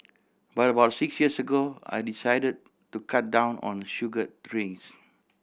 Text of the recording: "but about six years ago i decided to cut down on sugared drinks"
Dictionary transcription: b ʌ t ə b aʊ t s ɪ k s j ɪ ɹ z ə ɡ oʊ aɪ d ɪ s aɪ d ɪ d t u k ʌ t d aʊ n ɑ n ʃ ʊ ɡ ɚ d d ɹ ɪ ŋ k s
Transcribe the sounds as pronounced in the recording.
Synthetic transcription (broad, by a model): b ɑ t ə b aʊ t s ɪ k s j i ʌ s ə ɡ oʊ aɪ d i s aɪ d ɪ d t u k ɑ t d aʊ n ɑ n ʃ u ɡ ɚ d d ɹ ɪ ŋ s